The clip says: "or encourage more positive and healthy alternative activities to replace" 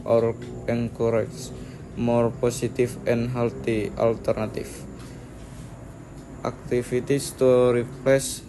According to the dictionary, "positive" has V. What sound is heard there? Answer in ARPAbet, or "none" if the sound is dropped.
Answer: F